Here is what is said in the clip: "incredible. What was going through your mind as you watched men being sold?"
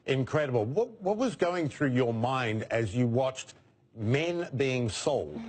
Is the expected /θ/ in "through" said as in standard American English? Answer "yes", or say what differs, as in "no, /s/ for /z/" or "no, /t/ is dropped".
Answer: yes